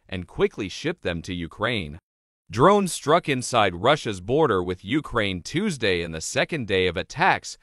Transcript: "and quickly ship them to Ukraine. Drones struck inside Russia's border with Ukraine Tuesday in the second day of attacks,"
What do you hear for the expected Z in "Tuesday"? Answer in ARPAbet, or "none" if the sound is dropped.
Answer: Z